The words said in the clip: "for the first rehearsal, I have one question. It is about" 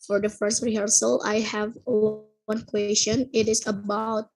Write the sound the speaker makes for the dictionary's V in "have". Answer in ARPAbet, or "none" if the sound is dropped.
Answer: V